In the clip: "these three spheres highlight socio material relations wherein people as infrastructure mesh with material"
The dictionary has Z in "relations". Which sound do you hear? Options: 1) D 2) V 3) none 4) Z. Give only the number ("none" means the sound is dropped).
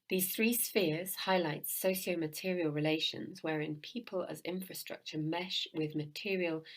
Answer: 4